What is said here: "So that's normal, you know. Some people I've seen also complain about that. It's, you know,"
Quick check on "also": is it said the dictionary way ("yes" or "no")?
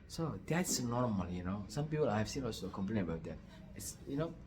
no